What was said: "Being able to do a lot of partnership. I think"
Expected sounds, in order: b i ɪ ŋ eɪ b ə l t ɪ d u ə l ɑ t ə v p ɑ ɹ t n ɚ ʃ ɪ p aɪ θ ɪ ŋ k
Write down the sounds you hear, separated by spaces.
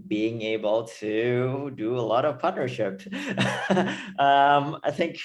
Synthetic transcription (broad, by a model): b i ɪ ŋ eɪ b ə l t ɪ d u ə l ɑ t ə v p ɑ ɹ t n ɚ ʃ ɪ p aɪ θ ɪ ŋ k